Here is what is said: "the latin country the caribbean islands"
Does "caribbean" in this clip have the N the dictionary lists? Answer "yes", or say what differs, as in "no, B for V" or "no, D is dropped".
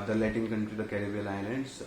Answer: no, L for N